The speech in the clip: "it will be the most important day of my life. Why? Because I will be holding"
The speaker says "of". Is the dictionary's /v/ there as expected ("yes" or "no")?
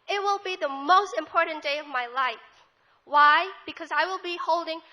yes